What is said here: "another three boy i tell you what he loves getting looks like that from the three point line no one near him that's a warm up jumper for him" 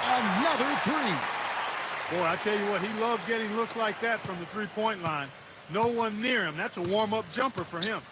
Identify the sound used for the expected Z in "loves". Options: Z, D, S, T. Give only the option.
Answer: Z